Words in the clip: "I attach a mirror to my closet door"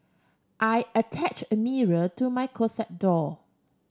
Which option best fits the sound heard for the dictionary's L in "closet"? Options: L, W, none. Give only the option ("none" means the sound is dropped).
none